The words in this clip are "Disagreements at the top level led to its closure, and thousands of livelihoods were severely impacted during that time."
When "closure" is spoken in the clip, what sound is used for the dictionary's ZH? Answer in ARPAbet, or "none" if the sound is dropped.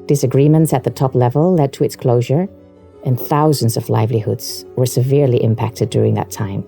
ZH